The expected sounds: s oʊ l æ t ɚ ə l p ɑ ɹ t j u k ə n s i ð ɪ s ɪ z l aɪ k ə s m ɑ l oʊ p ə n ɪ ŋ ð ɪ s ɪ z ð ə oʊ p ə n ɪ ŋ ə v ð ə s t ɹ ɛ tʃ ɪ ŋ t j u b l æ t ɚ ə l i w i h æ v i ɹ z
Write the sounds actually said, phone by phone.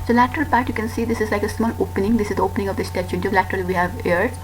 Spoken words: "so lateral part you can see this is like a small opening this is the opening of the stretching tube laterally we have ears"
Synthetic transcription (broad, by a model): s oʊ l æ t ɚ ə l p ɑ ɹ t j u k ə n s i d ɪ s ɪ z l aɪ k ə s m ɑ l oʊ p ə n ɪ ŋ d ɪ s ɪ z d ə oʊ p ə n ɪ ŋ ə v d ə s t ɛ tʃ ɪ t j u l æ t ɚ ə l i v i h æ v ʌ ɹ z